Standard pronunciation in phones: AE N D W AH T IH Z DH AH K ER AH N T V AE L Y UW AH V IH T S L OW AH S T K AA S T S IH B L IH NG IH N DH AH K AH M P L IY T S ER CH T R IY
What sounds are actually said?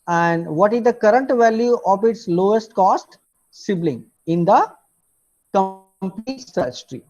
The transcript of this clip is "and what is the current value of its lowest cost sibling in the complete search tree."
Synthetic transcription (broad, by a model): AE N D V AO T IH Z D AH K ER AH N T V AE L Y UW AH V IH T S L OW AH S T K AA S T S IH B L IH NG IH N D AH K AH M P L IY T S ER S T R IY